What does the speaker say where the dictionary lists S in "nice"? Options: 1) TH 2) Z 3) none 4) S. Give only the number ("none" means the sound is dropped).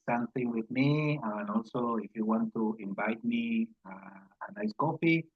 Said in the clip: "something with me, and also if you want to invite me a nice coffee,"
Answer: 4